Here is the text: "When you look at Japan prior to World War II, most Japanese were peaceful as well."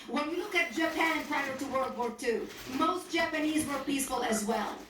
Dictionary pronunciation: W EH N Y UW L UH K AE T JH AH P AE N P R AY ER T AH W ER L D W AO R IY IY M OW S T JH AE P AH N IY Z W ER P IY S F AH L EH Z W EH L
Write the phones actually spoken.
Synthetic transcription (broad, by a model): W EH N Y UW L UH K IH T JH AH P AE N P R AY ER T AH W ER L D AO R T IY M OW S T JH AE P AH N IY Z W ER P IY S F AH L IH Z W EH L